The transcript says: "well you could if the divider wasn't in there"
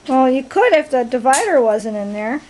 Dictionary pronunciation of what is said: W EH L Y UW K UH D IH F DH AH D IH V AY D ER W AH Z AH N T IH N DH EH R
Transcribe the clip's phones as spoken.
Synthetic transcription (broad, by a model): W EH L Y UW K UH D IH F DH AH D IH V AY D ER W AH Z AH N T IH N DH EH R